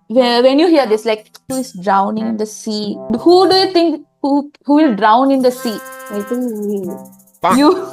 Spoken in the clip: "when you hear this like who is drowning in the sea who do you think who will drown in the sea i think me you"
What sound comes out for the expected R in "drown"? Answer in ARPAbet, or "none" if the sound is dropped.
R